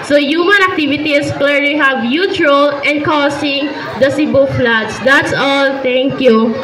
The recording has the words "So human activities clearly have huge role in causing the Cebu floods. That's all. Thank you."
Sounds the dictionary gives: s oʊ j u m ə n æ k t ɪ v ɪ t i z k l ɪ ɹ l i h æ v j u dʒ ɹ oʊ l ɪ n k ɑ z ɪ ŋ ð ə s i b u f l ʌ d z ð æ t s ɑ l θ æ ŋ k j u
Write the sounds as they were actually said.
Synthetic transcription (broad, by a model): s oʊ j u m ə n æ k t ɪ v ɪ t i s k l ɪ ɹ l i h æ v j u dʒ ɹ oʊ l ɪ n k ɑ s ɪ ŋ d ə s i b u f l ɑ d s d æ t s ɑ l t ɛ ŋ k j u